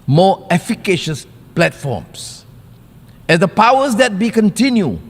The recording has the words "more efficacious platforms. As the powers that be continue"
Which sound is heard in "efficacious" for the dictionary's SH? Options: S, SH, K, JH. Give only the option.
SH